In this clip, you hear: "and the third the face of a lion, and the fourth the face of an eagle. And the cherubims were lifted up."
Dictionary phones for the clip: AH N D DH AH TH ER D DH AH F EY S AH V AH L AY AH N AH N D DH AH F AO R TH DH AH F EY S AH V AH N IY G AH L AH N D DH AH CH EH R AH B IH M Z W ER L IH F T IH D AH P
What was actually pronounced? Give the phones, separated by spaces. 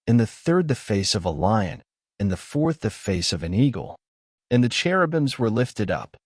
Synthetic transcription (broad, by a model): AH N DH AH TH ER D DH AH F EY S AH V AH L AY AH N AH N DH AH F AO R TH DH AH F EY S AH V AH N IY G L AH N DH AH CH EH R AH B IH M Z W ER L IH F T IH D AH P